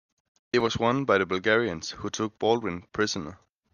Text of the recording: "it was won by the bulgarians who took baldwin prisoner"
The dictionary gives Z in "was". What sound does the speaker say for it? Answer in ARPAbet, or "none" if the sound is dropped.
S